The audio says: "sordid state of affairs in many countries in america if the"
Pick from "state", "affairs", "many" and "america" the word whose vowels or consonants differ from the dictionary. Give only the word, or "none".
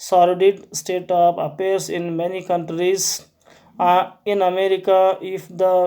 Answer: affairs